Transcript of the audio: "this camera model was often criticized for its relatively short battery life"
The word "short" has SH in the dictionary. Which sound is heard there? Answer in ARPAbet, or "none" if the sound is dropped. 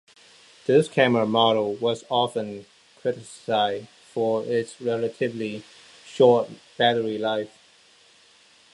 SH